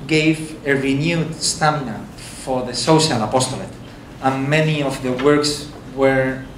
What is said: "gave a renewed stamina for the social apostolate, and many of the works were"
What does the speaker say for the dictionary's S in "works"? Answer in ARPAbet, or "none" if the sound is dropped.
S